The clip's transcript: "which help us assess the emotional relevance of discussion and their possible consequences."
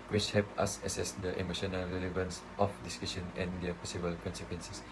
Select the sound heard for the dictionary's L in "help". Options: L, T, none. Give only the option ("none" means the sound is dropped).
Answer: none